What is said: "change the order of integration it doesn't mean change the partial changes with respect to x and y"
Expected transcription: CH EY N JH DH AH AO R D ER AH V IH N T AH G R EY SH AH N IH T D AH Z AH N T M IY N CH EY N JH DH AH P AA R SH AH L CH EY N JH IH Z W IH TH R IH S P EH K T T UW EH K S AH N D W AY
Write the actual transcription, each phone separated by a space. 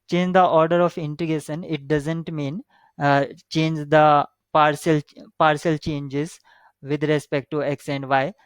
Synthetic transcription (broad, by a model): CH EY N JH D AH AO R D ER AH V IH N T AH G EY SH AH N IH T D AH Z AH N T M IY N CH EY N JH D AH P AA R S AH L CH EY N JH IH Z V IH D R IH S P EH K T T UW EH K S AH N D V AY